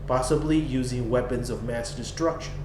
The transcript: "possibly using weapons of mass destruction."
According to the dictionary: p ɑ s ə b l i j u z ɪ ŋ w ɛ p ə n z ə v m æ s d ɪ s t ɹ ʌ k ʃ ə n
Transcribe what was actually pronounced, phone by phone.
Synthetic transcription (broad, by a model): p ɑ s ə b l i j u z ɪ ŋ w ɛ p ə n z ə v m æ s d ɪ s t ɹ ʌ k ʃ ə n